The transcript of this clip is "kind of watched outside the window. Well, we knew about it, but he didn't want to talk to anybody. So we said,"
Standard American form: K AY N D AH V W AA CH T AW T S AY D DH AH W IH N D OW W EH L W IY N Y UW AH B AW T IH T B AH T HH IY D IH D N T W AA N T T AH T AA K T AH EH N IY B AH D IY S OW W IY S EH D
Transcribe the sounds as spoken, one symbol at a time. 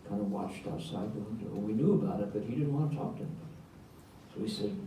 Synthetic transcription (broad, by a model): K AY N D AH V W AA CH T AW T S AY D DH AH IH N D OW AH N W IY N Y UW AH B AW T IH T B AH T HH IY D IH D N T W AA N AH T AA K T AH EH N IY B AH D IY S OW IY S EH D